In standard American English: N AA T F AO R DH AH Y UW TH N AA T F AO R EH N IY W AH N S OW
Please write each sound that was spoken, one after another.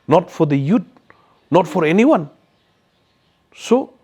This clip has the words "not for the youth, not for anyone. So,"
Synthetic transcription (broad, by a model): N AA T F AO R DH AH Y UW T N AA T F AO R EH N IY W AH N S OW